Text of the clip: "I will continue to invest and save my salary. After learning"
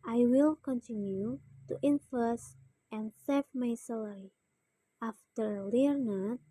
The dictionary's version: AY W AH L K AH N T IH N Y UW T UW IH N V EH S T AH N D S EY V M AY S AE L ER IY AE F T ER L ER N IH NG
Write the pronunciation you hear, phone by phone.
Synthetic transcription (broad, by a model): AY W AH L K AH N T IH N Y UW T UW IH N F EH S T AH N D S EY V M AY S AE L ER IY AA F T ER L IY N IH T